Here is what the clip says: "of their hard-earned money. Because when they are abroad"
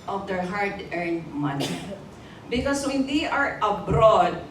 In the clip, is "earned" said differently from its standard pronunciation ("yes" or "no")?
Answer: no